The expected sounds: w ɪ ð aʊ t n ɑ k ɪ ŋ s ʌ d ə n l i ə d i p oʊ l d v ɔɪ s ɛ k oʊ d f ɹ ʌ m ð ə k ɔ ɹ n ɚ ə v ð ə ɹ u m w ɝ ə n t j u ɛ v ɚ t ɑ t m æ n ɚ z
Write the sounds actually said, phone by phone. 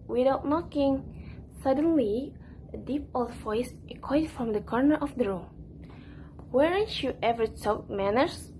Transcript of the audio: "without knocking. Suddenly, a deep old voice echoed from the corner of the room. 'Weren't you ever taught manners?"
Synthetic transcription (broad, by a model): w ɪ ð aʊ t n ɑ k ɪ ŋ s ʌ d ə n l i ə d i p oʊ l d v ɔɪ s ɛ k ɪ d f ɹ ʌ m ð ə k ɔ ɹ n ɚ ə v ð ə ɹ u m w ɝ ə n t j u ɛ v ɚ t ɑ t m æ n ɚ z